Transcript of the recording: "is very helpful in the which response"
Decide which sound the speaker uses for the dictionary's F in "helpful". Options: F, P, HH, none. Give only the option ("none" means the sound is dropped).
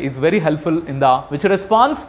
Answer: F